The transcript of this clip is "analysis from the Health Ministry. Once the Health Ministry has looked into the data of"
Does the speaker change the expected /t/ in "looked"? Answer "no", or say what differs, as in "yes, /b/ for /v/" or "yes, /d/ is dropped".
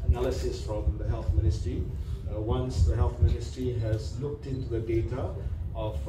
no